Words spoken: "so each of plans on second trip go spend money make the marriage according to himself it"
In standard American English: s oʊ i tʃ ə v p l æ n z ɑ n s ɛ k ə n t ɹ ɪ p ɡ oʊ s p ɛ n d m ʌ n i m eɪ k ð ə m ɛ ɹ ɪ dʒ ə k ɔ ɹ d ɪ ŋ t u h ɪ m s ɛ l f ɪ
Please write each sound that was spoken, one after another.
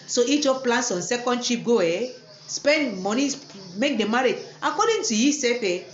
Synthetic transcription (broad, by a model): s oʊ i tʃ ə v p l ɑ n s ɑ n s ɛ k ə n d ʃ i p ɡ oʊ s p ɛ n d m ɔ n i m eɪ k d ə m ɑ ɹ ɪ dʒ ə k ɔ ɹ d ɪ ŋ t u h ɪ s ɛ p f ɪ